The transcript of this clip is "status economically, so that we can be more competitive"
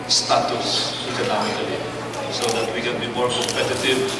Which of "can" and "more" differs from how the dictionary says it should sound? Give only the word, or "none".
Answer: none